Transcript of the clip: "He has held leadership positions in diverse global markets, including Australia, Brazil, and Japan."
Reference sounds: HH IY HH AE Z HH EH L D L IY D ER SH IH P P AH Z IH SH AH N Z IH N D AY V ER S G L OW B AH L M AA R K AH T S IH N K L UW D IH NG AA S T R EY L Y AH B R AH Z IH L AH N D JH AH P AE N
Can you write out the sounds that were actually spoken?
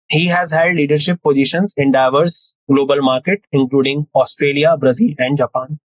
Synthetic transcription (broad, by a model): HH IY HH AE Z HH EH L D L IY D ER SH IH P P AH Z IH SH AH N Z IH N D AY V ER S G L OW B AH L M AA R K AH T IH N K L UW D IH NG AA S T R EY L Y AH B R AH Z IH L AH N D JH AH P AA N